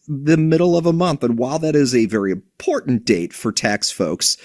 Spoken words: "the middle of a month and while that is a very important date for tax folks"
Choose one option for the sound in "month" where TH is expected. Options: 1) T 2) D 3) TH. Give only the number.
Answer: 3